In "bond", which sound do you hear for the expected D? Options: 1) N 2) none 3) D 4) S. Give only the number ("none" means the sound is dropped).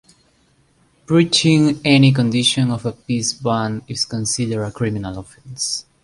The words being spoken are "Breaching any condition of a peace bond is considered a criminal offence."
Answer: 2